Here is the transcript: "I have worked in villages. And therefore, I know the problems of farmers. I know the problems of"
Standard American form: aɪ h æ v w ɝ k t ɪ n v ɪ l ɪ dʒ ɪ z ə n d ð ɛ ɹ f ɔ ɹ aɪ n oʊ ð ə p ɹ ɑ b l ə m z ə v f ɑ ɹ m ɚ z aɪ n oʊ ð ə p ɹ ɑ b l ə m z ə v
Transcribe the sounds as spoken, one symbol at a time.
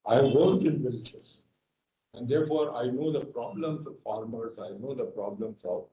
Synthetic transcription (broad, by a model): aɪ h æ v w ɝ t ɪ n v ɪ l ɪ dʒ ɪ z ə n d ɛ ɹ f ɔ ɹ aɪ n oʊ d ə p ɹ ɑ b l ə m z ə v f ɑ ɹ m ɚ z aɪ n oʊ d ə p ɹ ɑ b l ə m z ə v